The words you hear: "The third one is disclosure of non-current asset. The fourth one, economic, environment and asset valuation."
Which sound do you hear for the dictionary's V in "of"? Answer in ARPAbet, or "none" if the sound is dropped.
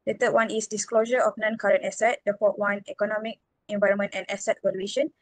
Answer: F